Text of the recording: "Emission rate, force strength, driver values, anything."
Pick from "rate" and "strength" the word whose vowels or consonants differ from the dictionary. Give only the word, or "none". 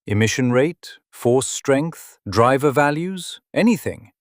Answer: none